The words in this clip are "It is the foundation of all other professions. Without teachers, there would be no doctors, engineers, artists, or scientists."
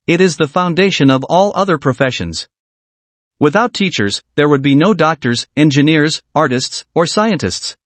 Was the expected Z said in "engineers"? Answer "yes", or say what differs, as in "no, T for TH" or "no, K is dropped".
yes